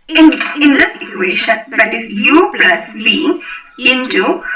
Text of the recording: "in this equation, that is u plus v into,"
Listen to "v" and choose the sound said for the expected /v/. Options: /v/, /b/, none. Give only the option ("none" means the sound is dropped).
/b/